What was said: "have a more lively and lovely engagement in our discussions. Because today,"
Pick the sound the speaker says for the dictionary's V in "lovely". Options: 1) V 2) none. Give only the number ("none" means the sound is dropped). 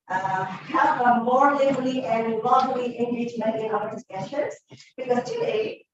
2